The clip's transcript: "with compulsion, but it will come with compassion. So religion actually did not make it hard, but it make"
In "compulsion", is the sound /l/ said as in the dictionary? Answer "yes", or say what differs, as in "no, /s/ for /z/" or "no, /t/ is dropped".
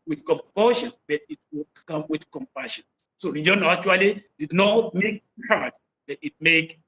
no, /l/ is dropped